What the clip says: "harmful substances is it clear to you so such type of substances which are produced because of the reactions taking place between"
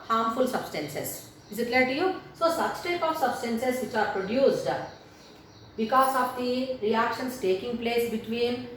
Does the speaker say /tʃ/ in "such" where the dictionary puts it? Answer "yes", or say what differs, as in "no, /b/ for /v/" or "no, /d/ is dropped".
no, /s/ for /tʃ/